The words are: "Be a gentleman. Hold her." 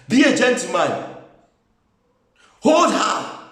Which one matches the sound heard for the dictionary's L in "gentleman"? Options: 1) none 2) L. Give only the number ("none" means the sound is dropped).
1